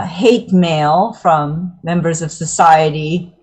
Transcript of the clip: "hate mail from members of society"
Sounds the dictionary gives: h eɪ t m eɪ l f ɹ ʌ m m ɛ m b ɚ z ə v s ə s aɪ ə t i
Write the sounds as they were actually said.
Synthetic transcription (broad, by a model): h eɪ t m eɪ l f ɹ ʌ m m ɛ m b ɚ z ə v s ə s aɪ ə t i